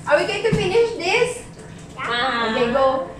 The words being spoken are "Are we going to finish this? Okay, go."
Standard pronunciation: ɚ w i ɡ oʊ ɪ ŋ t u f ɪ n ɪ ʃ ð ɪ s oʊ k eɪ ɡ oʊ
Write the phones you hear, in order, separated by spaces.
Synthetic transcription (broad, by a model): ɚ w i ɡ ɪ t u f ɪ n ɪ ʃ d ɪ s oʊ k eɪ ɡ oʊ